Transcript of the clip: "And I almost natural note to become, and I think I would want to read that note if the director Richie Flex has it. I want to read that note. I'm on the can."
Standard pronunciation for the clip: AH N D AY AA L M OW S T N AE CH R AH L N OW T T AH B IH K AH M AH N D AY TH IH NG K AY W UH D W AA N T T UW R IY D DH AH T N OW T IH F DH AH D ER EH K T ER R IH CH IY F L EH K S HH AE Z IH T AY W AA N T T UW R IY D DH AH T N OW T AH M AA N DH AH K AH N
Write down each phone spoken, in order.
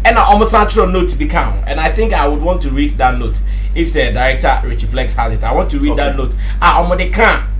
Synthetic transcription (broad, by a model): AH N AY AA M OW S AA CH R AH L N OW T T B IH K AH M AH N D AY TH IH NG K AY W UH D W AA N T T UW R IY D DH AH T N OW T IH F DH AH D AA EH K T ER R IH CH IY F L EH K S HH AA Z IH T AY W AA N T T UW R IY D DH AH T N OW T AH M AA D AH K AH